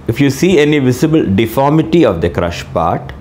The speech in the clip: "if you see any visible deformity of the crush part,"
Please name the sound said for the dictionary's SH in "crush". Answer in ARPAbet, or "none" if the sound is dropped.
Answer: SH